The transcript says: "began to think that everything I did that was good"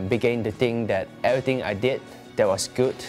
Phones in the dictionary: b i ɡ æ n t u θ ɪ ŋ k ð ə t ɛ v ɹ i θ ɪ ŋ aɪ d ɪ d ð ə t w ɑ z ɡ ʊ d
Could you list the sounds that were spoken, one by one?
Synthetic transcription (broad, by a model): b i ɡ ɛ n t u t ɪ ŋ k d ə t ɛ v ɹ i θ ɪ ŋ aɪ d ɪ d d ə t w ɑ s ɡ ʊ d